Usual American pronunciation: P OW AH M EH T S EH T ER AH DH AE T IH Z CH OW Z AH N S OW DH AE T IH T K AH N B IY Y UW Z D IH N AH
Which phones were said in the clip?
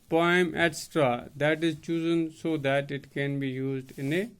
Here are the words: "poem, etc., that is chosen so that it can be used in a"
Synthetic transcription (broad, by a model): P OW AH M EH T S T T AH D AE T IH Z CH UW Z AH N S OW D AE T IH T K AH N B IY Y UW Z D IH N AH